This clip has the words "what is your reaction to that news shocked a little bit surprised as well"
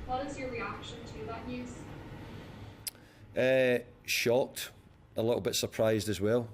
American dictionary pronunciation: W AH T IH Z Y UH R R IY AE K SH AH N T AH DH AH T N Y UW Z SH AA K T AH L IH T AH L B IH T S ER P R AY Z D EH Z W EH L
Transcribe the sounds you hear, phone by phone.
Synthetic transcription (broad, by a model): W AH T IH Z Y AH R R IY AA K SH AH N T AH DH AH T N Y UW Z SH AA K T AH L IH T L B IH T S ER P R AY Z D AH Z W EH L